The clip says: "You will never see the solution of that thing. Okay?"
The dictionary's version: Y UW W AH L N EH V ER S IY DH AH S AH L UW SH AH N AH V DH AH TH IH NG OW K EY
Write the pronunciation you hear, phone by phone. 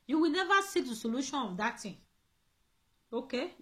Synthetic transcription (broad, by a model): Y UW W AH L N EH V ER S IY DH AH S AH L UW SH AH N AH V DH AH T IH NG OW K EY